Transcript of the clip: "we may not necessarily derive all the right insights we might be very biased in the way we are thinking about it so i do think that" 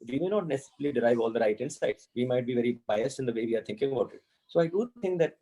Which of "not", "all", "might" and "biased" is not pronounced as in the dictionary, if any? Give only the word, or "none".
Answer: none